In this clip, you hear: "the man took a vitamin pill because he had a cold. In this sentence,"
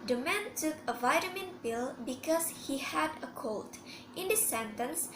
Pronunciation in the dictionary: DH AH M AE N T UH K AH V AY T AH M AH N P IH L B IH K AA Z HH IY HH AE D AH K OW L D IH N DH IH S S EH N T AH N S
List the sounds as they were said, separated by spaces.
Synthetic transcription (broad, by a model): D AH M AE N T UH K AH V AY T AH M AH N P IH L B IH K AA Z HH IY HH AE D AH K OW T IH N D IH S S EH N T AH N S